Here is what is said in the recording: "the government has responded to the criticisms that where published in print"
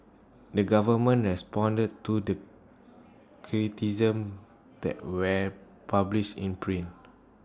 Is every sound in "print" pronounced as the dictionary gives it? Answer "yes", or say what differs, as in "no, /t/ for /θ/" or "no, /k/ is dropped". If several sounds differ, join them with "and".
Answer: no, /t/ is dropped